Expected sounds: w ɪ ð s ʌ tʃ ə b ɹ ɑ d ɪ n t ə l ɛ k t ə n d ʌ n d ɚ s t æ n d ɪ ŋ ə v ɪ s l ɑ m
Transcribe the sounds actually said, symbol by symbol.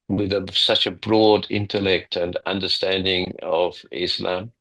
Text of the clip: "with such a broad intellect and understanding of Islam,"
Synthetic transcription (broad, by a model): w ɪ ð s ʌ tʃ ə b ɹ ɑ d ɪ n t ə l ɛ k t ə n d ʌ n d ɚ s t æ n d ɪ ŋ ə v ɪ s l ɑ m